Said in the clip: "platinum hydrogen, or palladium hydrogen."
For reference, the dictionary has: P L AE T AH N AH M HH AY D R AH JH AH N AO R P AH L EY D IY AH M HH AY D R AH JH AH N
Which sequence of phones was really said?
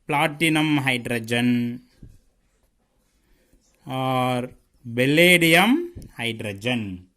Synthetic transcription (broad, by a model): P L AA T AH N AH M HH AY D R AH JH AH N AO R B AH L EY D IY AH M HH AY D R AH JH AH N